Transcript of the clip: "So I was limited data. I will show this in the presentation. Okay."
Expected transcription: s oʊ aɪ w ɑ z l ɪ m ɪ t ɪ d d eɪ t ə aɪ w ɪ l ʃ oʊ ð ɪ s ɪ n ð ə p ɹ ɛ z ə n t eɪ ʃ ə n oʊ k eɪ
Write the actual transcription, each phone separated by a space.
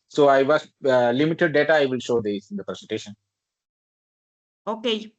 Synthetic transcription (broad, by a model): s oʊ aɪ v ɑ s l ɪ m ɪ t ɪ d d eɪ t ə aɪ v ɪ l ʃ oʊ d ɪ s ɪ n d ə p ɹ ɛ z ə n t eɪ ʃ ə n oʊ k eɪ